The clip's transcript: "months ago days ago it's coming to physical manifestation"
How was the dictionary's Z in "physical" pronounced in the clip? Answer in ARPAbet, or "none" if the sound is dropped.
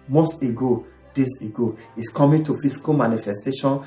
S